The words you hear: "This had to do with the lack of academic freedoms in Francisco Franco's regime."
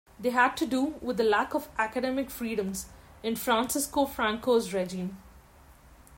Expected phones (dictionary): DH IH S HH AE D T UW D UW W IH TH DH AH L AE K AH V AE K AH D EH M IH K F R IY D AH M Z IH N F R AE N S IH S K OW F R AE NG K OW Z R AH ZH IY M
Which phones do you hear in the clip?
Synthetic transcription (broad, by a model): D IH HH AE D T UW D UW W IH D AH L AE K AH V AE K AH D EH M IH K F R IY D AH M Z IH N F R AE N S IH S K OW F R AE NG K OW Z R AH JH IY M